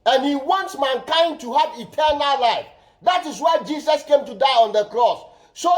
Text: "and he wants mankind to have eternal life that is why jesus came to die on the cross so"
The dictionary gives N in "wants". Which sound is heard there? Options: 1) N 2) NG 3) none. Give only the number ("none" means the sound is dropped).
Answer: 1